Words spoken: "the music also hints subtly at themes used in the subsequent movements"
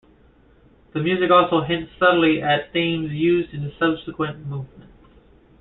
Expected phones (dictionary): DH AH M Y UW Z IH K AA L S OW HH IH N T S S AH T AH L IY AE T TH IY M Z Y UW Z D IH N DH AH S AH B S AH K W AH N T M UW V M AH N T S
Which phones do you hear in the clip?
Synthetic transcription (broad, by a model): DH AH M Y UW Z IH K AA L S OW HH IH N T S S AH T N L IY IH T TH IY M Z Y UW Z D IH N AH S AH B S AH K W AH N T M UW V M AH N T